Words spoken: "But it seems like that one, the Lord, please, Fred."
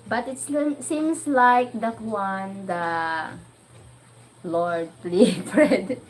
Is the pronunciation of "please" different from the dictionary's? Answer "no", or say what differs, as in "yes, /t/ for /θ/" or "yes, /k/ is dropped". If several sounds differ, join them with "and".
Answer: yes, /z/ is dropped